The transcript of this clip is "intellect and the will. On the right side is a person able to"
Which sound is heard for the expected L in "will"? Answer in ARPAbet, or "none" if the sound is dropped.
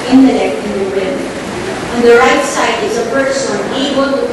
N